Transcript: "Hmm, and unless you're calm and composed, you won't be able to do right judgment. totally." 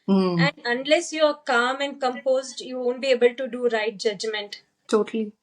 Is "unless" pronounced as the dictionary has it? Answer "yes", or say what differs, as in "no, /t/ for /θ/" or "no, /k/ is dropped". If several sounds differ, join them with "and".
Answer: yes